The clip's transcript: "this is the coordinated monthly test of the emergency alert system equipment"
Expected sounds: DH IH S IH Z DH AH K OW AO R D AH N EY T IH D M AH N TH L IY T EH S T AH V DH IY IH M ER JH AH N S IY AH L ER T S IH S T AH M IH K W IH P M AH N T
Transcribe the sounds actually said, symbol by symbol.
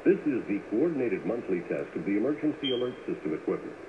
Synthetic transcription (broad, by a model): DH IH S IH Z DH AH K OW AO R D N EY T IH D M AH N TH L IY T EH S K AH V DH IY IH M ER JH AH N S IY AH L ER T S IH S T AH M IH K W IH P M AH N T